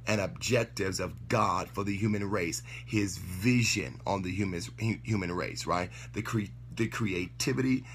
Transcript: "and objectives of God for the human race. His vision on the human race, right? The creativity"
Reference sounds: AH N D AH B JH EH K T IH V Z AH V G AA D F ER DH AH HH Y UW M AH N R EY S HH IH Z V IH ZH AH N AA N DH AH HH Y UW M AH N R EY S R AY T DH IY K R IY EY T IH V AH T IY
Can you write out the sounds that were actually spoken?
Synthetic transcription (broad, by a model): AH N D AH B JH EH K T IH V Z AH V G AA D F ER DH AH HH Y UW M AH N R EY S HH IH Z V IH ZH AH N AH N DH AH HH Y UW M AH N R EY S R AY T DH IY K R IY EY T IH V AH T IY